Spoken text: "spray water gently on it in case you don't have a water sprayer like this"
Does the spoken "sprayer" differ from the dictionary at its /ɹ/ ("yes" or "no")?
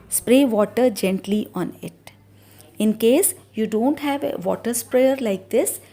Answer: no